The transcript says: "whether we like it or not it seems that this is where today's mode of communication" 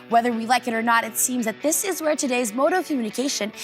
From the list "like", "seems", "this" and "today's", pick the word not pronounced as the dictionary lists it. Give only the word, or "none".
none